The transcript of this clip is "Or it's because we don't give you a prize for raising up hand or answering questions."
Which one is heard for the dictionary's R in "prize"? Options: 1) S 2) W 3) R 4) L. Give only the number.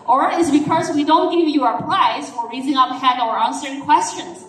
4